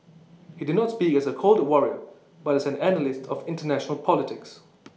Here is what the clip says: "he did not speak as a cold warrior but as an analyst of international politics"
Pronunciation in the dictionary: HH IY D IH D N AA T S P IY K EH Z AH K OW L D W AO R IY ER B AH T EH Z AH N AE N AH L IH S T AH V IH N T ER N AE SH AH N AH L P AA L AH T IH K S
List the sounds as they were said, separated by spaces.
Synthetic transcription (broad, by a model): HH IY D IH D N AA T S P IY K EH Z AH K OW L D W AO R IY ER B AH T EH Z AH N AE N AH L IH S T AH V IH N T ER N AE SH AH N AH L P AA L AH T IH K S